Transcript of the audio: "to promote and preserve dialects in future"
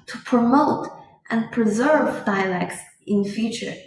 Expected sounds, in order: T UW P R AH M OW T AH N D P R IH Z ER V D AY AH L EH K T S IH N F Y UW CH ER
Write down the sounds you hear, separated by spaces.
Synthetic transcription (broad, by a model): T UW P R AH M OW T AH N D P R IH Z ER V D AY AH L EH K T S IH N F Y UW CH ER